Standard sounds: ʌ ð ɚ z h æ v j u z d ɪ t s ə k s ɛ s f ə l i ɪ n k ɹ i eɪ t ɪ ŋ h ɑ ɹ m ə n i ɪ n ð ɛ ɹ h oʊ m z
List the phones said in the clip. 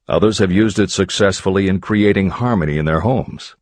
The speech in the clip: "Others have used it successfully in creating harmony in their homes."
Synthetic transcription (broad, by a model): ʌ ð ɚ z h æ v j u z d ɪ t s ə k s ɛ s f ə l i ɪ n k ɹ i eɪ t ɪ ŋ h ɑ ɹ m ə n i ɪ n ð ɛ ɹ h oʊ m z